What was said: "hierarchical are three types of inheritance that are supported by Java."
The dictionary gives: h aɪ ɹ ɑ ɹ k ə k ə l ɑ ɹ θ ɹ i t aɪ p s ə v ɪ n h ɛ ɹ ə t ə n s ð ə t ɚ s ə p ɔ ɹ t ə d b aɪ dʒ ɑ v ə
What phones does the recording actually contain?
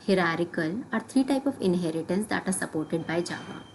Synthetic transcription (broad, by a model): h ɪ ɹ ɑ ɹ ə k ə l ɑ ɹ t ɹ i t aɪ p ə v ɪ n h ɛ ɹ ə t ə n s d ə t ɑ s ə p ɔ ɹ t ə d b aɪ dʒ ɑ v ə